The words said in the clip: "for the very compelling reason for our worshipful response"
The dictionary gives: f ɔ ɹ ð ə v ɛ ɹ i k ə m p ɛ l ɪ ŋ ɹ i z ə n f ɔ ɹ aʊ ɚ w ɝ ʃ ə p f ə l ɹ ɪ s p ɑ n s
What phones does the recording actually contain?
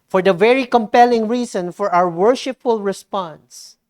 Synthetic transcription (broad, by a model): f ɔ ɹ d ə v ɛ ɹ i k ə m p ɛ l ɪ ŋ ɹ i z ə n f ɔ ɹ aʊ ɚ w ɝ ʃ ə p f ə l ɹ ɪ s p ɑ n s